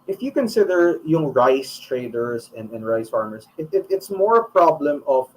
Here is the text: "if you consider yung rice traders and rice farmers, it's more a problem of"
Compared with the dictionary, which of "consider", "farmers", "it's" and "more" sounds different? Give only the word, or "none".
farmers